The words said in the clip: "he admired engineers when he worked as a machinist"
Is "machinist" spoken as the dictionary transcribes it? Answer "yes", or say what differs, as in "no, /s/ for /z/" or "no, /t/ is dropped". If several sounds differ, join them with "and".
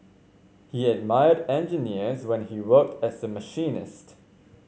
yes